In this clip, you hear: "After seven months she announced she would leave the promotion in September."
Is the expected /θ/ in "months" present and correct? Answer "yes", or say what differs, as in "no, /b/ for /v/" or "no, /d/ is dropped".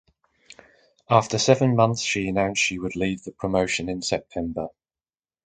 yes